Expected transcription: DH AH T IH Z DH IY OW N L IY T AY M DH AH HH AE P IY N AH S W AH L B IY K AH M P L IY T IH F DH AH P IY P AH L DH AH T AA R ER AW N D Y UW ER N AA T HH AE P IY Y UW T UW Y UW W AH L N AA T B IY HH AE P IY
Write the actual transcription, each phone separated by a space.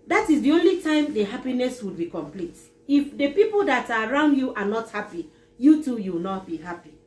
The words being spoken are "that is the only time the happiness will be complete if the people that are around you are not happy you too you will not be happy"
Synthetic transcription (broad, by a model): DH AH T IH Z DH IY OW N L IY T AY M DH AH HH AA P IY N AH S W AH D B IY K AH M P L IY T IH F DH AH P IY P AH L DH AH T AA R AW N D Y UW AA N AA T HH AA P IY Y UW T UW Y UW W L N AA T B IY HH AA P IY